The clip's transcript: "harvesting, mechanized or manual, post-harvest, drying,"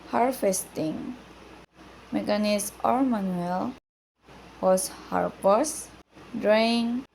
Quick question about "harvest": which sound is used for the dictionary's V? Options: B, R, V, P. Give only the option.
P